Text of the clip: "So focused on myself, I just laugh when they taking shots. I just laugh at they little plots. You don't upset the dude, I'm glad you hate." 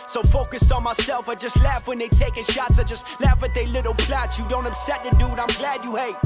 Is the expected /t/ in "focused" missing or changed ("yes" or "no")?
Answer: no